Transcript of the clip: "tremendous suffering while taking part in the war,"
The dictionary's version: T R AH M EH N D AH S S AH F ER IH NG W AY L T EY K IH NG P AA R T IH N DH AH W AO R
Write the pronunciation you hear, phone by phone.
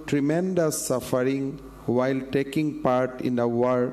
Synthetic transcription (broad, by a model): T R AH M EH N D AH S S AH F ER IH NG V AY L T EY K IH NG P AA R T IH N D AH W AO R